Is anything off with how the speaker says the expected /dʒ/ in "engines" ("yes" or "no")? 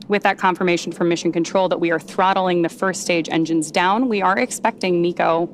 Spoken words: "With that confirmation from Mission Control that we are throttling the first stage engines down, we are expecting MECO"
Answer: no